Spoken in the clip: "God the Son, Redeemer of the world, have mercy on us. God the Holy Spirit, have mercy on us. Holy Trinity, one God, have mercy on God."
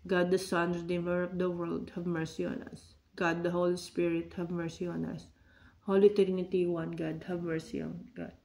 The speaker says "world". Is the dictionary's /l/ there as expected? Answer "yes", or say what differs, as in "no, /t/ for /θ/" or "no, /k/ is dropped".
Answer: yes